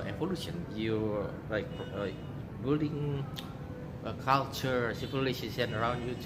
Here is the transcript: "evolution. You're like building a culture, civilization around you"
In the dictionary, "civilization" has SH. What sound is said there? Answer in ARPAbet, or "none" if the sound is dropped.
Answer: S